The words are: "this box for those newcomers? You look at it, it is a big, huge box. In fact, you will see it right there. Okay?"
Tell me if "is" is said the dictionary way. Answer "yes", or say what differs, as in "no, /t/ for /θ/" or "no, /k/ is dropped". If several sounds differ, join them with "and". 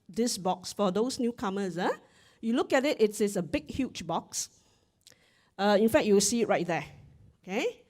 no, /s/ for /z/